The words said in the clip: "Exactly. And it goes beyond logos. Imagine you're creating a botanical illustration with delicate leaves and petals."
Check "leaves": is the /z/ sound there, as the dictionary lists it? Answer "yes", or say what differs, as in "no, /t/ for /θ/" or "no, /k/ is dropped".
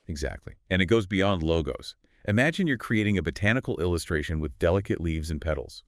yes